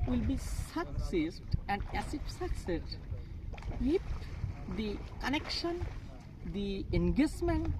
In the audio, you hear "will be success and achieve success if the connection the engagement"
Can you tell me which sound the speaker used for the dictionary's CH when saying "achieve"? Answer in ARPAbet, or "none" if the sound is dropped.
S